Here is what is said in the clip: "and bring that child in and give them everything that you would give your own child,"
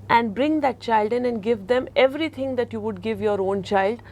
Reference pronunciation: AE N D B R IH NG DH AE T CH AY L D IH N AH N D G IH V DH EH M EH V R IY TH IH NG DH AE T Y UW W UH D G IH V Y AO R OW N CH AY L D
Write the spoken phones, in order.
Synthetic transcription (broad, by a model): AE N D B R IH NG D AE T CH AY L D IH N AH N D G IH V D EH M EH V R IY T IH NG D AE T Y UW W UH D G IH V Y AO R OW N CH AY L D